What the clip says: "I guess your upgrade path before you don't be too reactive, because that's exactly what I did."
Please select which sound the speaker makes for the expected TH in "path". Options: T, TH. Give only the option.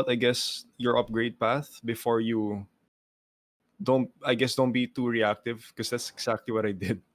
TH